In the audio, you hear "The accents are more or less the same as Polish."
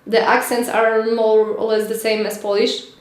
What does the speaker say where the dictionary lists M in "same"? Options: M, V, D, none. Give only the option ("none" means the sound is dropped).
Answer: M